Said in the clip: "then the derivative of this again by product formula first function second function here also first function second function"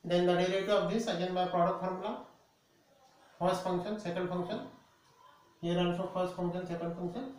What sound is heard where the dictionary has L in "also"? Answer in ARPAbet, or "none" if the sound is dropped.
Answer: N